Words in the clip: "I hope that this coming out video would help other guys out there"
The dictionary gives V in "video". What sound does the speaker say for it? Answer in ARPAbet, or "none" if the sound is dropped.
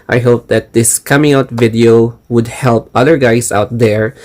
V